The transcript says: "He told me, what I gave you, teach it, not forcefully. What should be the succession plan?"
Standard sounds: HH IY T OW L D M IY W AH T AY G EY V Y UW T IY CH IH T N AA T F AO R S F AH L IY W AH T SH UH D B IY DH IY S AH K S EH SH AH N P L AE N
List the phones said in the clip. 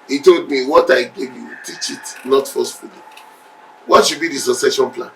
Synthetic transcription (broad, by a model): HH IY T OW L D M IY W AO T AY G EY V Y UW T IY CH IH T N AA T F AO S F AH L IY W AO T SH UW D B IY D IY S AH S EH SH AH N P L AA N